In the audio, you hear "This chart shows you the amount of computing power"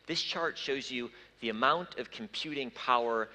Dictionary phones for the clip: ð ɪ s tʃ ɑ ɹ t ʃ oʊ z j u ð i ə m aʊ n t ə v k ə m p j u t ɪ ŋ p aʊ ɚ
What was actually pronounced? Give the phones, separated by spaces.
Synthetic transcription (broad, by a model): ð ɪ s tʃ ɑ ɹ t ʃ oʊ z j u ð i ə m aʊ n t ə v k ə m p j u t ɪ ŋ p aʊ ɚ